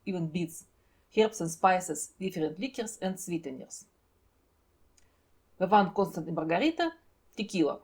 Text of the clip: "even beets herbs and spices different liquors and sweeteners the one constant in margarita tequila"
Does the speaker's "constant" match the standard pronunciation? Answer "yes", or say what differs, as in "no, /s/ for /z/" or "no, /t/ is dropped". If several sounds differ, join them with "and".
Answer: yes